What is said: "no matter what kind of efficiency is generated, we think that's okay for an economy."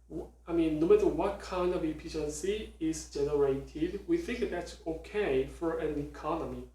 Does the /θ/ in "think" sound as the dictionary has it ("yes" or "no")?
yes